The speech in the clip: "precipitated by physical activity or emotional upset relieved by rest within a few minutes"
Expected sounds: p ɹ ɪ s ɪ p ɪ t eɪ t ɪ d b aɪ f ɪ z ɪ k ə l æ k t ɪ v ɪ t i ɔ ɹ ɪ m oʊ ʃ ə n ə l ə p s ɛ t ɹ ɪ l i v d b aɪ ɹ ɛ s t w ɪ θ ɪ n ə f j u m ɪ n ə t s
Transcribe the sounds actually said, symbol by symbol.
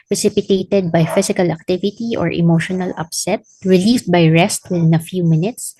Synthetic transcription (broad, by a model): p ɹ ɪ s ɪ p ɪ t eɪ t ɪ d b aɪ f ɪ s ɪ k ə l æ k t ɪ v ɪ t i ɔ ɹ ɪ m oʊ ʃ ə n ə l ə p s ɛ t ɹ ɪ l i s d b aɪ ɹ ɛ s t w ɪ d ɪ n ə f j u m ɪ n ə t s